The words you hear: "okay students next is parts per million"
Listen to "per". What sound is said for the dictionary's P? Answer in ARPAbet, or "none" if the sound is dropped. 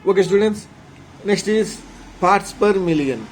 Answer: P